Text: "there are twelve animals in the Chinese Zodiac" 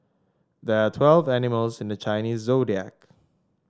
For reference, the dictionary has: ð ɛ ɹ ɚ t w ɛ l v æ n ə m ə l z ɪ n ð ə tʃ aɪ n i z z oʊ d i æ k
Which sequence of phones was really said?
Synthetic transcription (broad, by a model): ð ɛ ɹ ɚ t w ɛ l v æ n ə m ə l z ɪ n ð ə tʃ aɪ n i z z oʊ d i æ k